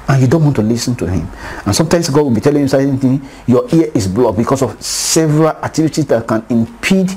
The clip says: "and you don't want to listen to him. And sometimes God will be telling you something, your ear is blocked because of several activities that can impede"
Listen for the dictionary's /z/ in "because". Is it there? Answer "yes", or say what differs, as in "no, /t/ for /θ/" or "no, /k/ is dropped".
no, /s/ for /z/